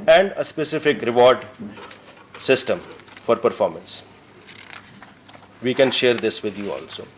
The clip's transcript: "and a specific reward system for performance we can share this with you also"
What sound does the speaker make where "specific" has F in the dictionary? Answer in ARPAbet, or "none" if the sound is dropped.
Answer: F